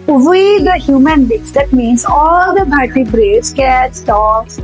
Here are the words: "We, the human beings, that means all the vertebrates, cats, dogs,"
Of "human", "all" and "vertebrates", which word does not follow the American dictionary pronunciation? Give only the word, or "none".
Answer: vertebrates